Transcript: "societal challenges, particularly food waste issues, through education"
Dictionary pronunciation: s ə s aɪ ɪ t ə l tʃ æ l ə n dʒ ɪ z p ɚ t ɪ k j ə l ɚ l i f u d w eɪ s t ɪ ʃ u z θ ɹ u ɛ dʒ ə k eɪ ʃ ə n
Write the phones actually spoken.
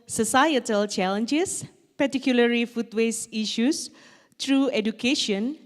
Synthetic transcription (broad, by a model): s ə s aɪ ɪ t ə l tʃ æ l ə n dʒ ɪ s p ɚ t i k j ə l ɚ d i f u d w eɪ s i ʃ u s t ɹ u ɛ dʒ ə k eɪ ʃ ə n